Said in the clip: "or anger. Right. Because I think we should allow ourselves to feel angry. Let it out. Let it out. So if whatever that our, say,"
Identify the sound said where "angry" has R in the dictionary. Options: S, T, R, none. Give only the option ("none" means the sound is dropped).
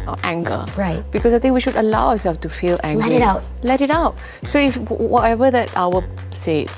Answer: none